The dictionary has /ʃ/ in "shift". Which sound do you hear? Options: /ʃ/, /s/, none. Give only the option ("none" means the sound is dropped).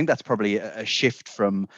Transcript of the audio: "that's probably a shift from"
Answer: /ʃ/